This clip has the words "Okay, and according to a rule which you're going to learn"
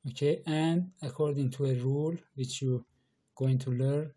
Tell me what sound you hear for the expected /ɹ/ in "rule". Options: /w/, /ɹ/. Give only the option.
/ɹ/